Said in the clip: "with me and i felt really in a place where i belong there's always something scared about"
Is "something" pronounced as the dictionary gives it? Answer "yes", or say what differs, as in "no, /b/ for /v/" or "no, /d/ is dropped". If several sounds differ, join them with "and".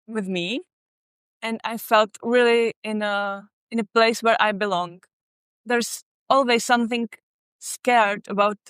yes